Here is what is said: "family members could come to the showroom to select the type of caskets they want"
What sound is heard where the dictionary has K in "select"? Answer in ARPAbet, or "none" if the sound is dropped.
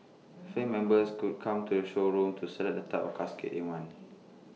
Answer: none